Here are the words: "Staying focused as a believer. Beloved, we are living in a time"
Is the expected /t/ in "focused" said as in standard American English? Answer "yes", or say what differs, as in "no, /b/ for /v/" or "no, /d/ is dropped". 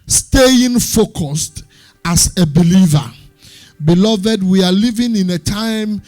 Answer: yes